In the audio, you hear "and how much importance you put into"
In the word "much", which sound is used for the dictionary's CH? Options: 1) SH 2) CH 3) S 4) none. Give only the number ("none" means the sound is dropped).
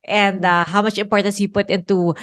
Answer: 2